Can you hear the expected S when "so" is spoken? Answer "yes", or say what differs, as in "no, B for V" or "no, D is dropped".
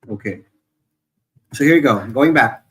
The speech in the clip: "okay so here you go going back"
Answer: yes